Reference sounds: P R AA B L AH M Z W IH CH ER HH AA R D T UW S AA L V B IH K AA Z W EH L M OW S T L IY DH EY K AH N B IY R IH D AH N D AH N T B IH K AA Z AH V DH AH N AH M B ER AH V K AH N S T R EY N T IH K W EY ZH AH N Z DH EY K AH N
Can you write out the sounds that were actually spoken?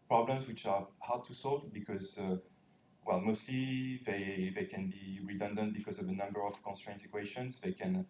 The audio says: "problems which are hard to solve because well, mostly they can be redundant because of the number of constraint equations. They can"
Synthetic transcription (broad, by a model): P R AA B L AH M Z W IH CH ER HH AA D T UW S AA L V B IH K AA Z W EH L M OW S T L IY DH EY K AH N B IY R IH D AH N D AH N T B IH K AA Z AH V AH N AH M B ER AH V K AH N S T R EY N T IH K W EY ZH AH N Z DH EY K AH N